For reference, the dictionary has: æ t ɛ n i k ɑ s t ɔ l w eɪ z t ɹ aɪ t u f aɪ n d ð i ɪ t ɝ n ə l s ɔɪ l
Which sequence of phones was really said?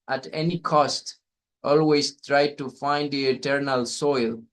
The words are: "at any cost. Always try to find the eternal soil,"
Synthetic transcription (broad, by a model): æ t ɛ n i k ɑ s t ɔ l w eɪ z t ɹ aɪ t u f aɪ n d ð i ɪ t ɝ n ə l s ɔɪ l